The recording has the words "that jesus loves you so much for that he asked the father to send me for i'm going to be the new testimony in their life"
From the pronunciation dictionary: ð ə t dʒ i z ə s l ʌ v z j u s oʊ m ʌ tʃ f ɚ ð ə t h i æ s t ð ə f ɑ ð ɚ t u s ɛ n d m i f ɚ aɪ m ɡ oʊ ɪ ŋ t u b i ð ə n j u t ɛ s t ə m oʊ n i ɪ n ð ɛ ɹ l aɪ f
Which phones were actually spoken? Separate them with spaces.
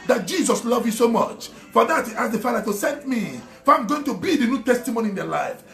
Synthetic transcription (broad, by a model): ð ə t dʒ i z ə s l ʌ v j u s oʊ m ʌ tʃ f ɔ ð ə t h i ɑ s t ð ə f ɑ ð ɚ t u s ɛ n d m i f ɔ aɪ m ɡ oʊ ɪ ŋ t u b i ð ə n j u t ɛ s t ə m oʊ n i ɪ n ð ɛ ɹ l aɪ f